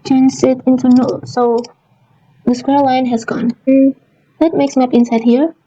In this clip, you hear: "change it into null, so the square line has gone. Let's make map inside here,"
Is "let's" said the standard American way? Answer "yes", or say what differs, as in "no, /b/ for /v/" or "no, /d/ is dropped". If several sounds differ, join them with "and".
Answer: no, /s/ is dropped